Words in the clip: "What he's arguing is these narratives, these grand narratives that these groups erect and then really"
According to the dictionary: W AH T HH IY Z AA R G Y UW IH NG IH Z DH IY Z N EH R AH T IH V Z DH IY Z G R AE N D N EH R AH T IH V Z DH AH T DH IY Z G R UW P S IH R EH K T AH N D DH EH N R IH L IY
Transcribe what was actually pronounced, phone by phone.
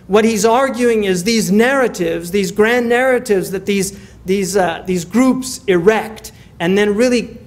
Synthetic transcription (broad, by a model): W AH T HH IY Z AA R G Y UW IH NG IH Z DH IY Z N EH R AH T IH V Z DH IY Z G R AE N N EH R AH T IH V Z DH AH T DH IY Z G R UW P S IH R EH K T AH N DH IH N R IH L IY